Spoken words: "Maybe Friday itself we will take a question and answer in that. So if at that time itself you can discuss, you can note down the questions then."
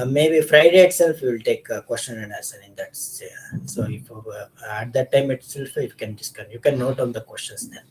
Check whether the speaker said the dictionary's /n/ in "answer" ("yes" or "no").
no